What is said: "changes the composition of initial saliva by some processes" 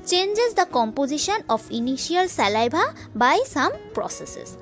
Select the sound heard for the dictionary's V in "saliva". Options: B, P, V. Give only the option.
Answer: B